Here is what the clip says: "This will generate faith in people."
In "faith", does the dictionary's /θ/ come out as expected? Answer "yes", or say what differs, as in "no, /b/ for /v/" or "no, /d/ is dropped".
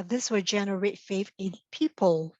no, /f/ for /θ/